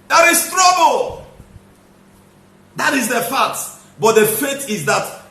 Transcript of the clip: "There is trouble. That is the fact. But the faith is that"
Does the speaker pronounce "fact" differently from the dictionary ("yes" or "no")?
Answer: yes